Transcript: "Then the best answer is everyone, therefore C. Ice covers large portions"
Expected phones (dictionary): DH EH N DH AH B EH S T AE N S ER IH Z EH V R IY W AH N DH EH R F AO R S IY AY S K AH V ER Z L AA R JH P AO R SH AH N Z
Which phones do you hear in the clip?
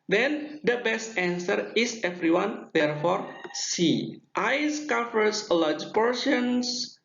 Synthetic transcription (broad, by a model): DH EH N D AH B EH S T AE N S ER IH S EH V R IY W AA N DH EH R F AO R S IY AY S K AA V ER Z L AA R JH P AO R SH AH N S